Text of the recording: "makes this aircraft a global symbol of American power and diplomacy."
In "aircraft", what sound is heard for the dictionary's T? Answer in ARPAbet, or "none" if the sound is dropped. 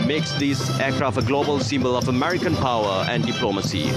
none